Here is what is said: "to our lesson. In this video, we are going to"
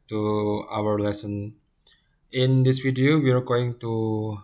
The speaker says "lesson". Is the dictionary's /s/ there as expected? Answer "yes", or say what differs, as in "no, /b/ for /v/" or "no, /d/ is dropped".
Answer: yes